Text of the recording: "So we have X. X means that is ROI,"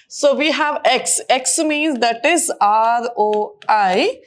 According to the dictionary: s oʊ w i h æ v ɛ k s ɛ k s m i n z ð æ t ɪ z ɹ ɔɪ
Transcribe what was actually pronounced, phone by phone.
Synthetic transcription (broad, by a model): s oʊ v i h æ v ɛ k s ɛ k s m i n z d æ t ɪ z ɹ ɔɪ